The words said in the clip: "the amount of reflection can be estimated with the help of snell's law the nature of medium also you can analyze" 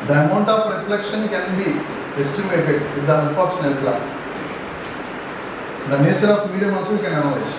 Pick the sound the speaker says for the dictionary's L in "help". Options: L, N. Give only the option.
N